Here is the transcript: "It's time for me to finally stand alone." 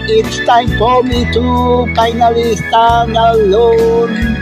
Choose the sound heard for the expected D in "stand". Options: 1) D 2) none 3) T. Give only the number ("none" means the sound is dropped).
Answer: 2